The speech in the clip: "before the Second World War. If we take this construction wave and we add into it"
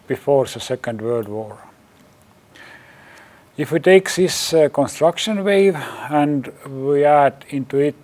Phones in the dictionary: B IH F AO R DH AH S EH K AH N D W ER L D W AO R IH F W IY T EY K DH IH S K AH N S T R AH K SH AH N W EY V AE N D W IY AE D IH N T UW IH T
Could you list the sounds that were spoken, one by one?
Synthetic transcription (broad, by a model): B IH F AO R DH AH S EH K AH N D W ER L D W AO R IH F W IY T EY K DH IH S K AH N S T R AH K SH AH N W EY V AE N D W IY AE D IH N T UW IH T